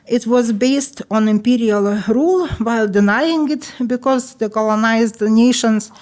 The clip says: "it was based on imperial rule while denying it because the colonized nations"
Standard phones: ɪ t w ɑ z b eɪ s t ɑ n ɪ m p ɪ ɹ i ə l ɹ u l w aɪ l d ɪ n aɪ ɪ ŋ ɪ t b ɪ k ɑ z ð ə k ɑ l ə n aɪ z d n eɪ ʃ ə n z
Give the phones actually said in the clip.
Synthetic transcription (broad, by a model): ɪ t w ɑ z b eɪ s t ɑ n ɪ m p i ɹ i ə l ɹ u l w aɪ l d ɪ n aɪ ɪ ŋ ɪ t b ɪ k ɑ z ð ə k ɑ l ə n aɪ z d n eɪ ʃ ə n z